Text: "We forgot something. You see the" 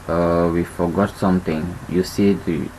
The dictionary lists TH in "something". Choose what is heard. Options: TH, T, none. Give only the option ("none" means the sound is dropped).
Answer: T